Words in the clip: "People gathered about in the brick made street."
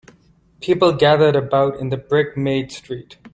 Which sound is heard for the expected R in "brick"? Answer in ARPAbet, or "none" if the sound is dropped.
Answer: R